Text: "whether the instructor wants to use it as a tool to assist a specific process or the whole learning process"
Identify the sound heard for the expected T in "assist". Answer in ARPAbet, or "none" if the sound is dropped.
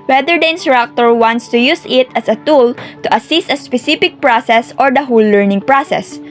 T